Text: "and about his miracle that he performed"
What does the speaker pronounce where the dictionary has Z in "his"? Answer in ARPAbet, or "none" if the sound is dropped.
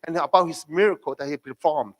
S